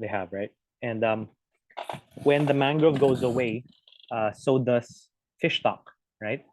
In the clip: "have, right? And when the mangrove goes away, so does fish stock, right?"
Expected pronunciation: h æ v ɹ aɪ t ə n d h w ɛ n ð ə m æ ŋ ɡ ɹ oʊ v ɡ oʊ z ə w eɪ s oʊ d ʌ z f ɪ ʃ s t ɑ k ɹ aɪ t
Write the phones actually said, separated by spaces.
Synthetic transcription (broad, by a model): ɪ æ v ɹ aɪ t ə n d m w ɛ n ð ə m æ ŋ ɡ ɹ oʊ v ɡ oʊ z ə w eɪ s oʊ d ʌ s f ɪ ʃ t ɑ k ɹ aɪ t